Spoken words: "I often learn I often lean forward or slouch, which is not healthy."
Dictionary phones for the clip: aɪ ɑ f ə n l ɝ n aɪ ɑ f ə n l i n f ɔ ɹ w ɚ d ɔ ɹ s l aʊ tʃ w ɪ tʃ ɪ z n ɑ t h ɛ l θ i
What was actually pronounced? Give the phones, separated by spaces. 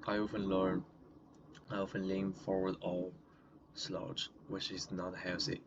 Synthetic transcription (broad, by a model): aɪ ɑ f ə n l ɝ n aɪ ɑ f ə n l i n f ɔ ɹ w ɚ d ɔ l s l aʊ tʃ w ɪ tʃ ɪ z n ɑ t h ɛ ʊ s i